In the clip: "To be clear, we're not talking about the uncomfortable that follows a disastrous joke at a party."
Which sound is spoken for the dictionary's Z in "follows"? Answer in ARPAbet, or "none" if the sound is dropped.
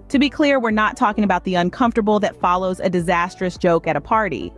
Z